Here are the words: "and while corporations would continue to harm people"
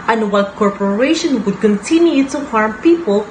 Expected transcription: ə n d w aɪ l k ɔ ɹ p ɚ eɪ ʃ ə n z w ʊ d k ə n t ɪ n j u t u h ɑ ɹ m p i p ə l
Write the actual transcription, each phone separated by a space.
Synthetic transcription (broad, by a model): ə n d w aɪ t k ɔ ɹ p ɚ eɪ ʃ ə n w ʊ d k ə n t ɪ n j u t u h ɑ ɹ m p i p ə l